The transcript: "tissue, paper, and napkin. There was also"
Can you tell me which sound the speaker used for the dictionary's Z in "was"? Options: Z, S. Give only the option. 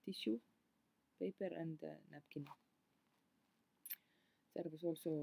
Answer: S